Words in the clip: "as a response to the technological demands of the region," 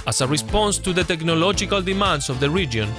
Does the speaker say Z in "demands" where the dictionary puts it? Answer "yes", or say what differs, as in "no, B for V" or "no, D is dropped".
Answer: no, S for Z